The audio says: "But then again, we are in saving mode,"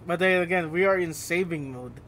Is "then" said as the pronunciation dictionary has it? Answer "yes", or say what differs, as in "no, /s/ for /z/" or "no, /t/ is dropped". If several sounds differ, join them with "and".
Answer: no, /n/ is dropped